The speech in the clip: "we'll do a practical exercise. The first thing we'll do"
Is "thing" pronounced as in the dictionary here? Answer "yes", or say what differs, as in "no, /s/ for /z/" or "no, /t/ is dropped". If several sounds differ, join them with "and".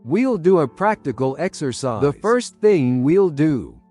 yes